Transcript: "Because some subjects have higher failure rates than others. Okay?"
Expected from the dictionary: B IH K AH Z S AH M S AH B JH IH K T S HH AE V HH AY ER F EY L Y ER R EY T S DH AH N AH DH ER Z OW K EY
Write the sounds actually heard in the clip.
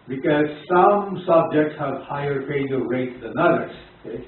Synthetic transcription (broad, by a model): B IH K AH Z S AH M S AH B JH IH K T S HH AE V HH AY ER P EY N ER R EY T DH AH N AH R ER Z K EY